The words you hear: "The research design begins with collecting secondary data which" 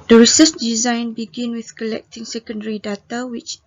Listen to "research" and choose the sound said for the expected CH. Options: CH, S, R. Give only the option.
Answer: S